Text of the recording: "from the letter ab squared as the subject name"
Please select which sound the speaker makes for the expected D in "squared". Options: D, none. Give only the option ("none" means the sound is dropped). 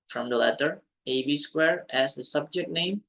none